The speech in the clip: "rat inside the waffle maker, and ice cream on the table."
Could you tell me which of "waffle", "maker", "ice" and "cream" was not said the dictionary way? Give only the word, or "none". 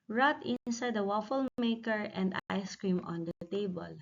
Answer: none